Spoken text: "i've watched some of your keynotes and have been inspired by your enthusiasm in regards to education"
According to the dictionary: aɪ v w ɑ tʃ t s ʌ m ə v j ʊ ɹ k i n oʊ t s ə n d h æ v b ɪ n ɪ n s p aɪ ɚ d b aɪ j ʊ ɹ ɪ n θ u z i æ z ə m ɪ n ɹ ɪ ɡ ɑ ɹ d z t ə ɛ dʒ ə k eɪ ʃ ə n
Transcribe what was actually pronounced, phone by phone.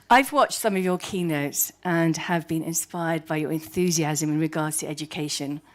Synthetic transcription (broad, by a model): aɪ v w ɑ tʃ t s ʌ m ə v j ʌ k i n oʊ t s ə n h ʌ v b ɪ n ɪ n s p aɪ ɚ d b aɪ j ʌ ɹ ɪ n θ u z i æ z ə m ɪ n ɹ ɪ ɡ ɑ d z t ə ɛ dʒ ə k eɪ ʃ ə n